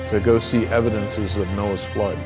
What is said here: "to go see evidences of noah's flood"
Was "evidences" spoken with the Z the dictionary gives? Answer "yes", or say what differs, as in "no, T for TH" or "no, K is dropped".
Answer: yes